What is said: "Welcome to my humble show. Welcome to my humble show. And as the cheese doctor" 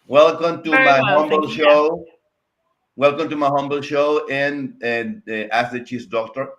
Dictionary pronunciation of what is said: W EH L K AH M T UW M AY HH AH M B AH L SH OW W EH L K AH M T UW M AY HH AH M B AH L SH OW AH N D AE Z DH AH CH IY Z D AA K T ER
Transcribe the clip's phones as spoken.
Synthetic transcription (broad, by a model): W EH L K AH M T UW M AY HH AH M B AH L SH OW W EH L K AH M T UW M AY HH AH M B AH L SH OW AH N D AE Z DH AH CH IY S D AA K T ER